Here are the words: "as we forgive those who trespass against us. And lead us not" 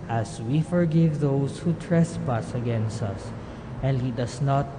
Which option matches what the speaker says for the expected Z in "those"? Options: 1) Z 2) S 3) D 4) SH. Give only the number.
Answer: 2